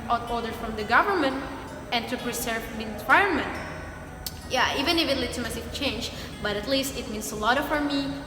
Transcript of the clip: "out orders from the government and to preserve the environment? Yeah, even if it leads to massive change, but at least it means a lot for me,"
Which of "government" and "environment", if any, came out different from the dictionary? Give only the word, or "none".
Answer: environment